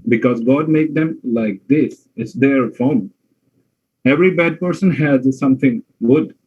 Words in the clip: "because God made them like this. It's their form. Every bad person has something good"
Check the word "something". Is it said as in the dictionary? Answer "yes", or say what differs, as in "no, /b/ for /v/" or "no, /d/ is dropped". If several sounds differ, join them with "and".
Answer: no, /t/ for /θ/